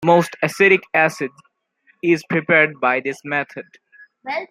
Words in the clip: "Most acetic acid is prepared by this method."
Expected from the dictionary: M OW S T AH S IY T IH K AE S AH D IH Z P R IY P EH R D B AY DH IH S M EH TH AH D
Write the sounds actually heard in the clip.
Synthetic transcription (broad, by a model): M OW S T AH S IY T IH K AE S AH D IH Z P R IY P EH R D B AY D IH S M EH T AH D